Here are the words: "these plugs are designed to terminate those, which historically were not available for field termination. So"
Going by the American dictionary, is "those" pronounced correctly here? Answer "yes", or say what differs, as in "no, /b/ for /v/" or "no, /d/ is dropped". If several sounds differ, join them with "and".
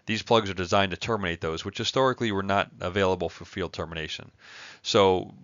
yes